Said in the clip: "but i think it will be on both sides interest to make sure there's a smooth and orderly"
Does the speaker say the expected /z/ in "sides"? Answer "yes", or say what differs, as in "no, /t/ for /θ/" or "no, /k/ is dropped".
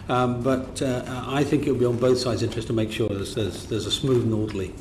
yes